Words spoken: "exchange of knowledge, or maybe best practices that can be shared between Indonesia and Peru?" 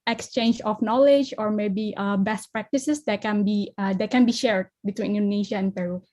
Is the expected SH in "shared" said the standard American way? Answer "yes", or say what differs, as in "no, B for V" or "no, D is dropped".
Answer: yes